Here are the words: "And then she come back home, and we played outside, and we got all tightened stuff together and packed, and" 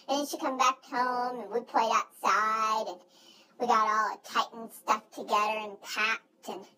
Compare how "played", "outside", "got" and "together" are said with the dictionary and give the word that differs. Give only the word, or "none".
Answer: none